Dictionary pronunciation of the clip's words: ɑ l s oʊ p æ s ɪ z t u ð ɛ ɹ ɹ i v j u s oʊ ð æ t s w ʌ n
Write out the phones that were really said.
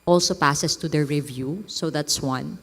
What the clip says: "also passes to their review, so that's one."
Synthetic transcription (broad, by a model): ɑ l s oʊ p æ s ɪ s t u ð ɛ ɹ ɹ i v j u s oʊ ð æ t s w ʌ n